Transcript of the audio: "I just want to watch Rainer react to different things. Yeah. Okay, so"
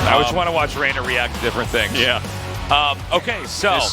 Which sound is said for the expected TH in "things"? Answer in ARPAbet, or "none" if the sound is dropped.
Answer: TH